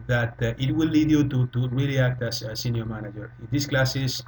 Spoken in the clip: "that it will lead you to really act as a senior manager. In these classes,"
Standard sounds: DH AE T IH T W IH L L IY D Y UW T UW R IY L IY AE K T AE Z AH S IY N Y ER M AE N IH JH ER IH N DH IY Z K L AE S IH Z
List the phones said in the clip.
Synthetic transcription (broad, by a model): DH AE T IH T W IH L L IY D Y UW T UW R IY L IY AE K T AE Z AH S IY N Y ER M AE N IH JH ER IH N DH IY S K L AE S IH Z